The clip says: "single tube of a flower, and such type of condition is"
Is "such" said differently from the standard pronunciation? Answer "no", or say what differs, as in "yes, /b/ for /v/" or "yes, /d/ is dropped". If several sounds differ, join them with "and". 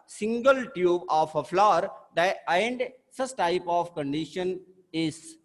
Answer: yes, /s/ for /tʃ/